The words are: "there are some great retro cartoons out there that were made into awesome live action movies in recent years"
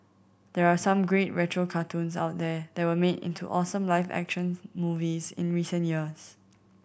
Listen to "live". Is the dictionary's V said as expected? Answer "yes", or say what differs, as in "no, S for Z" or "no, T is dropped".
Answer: no, F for V